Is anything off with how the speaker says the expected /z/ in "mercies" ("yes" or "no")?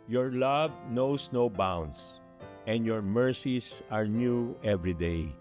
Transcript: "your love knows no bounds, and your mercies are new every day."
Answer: yes